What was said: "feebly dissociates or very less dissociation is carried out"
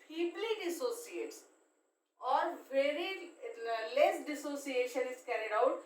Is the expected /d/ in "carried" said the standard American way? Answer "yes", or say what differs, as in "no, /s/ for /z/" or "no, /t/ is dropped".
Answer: yes